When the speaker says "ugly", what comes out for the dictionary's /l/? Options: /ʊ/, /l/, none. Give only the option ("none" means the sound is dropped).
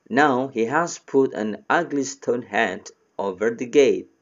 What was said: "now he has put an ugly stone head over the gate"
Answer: /l/